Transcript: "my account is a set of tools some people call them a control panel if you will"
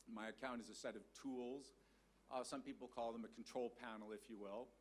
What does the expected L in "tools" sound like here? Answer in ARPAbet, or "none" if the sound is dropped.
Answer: L